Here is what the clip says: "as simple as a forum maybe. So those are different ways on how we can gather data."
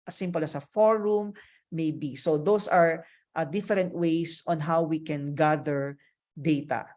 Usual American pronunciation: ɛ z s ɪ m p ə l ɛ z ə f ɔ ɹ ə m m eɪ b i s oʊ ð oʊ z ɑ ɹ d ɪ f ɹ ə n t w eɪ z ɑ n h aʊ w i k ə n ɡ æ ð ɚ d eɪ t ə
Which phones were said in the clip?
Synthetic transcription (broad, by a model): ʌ s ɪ m p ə l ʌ s ə f ɔ ɹ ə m m eɪ b i s oʊ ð oʊ s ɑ ɹ d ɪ f ɹ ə n t w eɪ s ɑ n h aʊ w i k ə n ɡ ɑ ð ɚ d eɪ t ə